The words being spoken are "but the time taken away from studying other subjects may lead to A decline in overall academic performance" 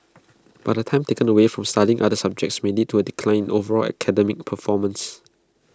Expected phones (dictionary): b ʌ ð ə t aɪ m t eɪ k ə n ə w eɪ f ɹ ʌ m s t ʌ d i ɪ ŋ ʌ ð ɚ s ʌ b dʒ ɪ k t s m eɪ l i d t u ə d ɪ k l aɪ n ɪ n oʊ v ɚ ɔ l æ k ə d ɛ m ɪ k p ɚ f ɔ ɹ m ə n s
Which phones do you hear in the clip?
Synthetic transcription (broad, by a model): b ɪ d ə t aɪ m t eɪ k ə n ə w eɪ f ɹ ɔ m s t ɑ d i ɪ ŋ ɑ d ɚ s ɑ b dʒ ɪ k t s m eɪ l i t u ə d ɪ k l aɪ ɪ n oʊ v ɚ ɔ l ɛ k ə d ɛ m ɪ k p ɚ f ɔ m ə n s